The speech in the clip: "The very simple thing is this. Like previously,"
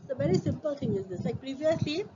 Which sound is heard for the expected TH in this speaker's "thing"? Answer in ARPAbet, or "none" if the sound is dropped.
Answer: T